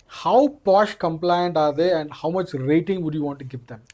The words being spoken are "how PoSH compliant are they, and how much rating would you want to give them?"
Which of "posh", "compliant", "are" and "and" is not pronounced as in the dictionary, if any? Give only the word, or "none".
none